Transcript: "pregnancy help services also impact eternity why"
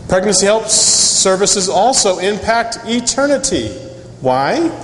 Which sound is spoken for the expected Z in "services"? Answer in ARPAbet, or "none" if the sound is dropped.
Z